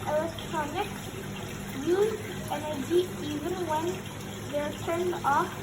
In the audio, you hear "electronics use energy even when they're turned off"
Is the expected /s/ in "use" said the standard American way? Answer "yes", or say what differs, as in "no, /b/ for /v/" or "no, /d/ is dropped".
no, /s/ is dropped